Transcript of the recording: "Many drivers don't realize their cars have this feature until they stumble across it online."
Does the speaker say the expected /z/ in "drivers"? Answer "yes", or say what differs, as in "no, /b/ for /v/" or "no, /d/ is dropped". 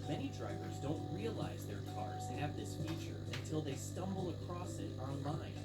yes